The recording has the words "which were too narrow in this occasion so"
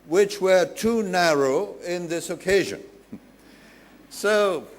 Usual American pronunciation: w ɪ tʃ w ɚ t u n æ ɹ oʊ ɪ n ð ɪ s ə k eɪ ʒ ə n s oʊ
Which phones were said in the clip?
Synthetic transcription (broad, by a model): w ɪ tʃ w ɚ t u n æ ɹ oʊ ɪ n ð ɪ s ə k eɪ ʒ ə n s oʊ